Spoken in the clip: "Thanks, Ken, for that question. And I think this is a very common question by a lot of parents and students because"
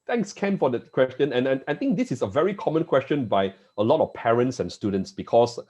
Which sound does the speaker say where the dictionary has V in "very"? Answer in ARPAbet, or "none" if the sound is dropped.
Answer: V